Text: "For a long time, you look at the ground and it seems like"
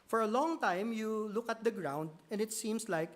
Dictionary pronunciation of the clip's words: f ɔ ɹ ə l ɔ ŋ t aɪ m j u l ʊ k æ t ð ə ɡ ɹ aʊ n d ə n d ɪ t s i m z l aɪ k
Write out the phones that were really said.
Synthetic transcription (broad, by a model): f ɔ ɹ ə l ɔ ŋ t aɪ m j u l ʊ k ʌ t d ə ɡ ɹ aʊ n d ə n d ɪ t s i m s l aɪ k